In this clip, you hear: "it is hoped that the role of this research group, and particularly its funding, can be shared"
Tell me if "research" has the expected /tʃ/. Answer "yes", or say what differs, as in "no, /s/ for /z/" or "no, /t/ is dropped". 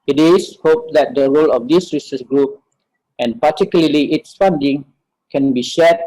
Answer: no, /s/ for /tʃ/